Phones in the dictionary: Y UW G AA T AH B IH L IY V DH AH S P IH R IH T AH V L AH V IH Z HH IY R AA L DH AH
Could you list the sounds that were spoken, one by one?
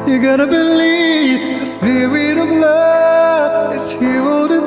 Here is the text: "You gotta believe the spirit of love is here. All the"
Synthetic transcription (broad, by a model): Y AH G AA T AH B IH L IY V DH AH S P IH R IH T AH V L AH IH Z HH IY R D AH